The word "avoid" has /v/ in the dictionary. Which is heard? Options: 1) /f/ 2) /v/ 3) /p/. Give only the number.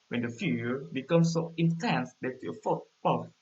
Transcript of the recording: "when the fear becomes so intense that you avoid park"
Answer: 1